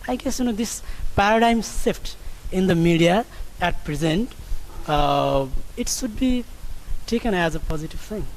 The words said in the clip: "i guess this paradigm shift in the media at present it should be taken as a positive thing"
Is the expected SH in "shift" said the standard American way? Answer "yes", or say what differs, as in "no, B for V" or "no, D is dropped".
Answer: no, S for SH